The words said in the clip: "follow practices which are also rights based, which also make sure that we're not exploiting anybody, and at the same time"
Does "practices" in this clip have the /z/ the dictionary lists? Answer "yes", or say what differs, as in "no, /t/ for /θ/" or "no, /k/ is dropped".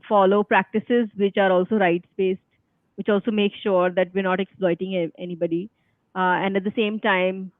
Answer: yes